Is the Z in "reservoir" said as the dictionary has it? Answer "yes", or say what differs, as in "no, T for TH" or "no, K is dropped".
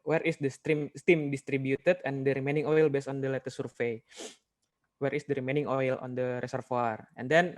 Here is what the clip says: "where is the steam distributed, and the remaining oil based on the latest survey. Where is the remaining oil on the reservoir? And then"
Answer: no, S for Z